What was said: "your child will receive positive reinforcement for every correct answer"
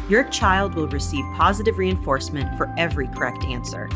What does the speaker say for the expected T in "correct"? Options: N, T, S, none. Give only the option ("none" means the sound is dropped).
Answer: T